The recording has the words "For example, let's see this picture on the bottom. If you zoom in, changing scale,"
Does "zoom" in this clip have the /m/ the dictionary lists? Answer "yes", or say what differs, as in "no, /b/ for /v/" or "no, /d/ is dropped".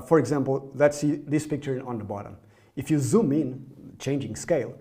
yes